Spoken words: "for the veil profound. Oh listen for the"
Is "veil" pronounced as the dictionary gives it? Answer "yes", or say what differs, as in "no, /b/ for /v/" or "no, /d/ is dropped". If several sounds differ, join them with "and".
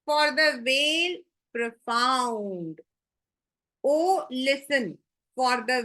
yes